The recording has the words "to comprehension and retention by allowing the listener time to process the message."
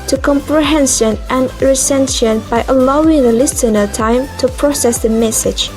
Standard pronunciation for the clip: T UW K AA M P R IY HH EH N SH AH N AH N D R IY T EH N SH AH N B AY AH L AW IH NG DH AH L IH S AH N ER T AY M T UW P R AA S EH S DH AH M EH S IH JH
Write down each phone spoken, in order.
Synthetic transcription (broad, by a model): T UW K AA M P R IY HH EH N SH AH N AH N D R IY S EH N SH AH N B AY AH L AW IH NG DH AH L IH S AH N ER T AY M T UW P R AA S EH S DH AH M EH S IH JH